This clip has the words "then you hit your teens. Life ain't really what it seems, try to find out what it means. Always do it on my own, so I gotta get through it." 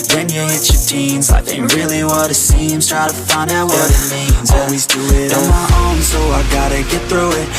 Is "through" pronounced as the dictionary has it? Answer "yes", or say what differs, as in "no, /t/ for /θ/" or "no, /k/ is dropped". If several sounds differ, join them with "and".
yes